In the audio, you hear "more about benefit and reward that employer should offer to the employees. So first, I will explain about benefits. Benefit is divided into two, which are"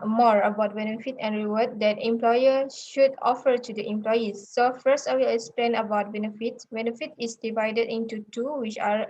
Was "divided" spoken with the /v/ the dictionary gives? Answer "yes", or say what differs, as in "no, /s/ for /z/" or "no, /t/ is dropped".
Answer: yes